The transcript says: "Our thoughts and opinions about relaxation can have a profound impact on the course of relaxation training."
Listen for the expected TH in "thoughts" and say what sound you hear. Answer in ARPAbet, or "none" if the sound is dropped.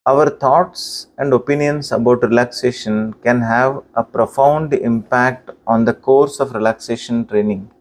T